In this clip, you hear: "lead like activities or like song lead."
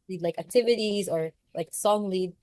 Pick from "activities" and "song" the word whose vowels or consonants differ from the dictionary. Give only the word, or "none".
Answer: none